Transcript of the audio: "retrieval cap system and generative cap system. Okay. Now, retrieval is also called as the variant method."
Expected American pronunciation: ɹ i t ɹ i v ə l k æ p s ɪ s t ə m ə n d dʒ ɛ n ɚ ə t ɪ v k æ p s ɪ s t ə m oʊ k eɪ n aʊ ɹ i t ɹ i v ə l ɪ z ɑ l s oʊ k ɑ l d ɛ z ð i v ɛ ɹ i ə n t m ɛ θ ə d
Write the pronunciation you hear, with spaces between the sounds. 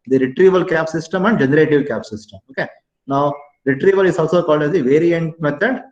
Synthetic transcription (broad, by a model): ɹ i t ɹ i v ə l k æ p s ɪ s t ə m ə n d dʒ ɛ n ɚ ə t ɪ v k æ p s ɪ s t ə m oʊ k eɪ n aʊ ɹ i t ɹ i v ə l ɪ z ɑ l s oʊ k ɑ l d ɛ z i v ɛ ɹ i ə n t m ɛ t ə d